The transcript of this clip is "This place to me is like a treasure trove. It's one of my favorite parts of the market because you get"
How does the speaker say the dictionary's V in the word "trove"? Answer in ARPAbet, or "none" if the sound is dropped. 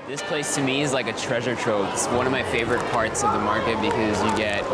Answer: none